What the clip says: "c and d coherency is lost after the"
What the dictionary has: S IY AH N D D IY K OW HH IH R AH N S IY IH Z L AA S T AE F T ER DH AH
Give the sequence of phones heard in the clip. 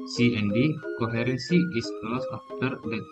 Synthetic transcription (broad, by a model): S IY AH N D D IY K OW HH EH R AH N S IY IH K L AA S AA F T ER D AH